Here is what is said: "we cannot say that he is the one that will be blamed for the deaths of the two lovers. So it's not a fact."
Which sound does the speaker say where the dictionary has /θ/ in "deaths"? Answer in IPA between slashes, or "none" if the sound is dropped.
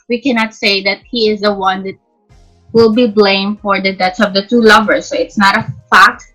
/t/